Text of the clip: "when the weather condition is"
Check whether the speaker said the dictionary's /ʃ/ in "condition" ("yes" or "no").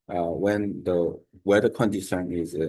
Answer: no